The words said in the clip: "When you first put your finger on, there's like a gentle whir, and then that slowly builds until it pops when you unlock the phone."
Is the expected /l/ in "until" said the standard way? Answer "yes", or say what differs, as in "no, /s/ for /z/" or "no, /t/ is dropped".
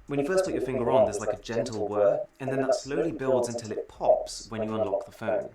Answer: yes